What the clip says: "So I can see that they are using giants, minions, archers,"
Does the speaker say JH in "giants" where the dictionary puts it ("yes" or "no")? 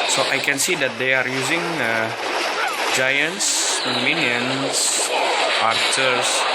yes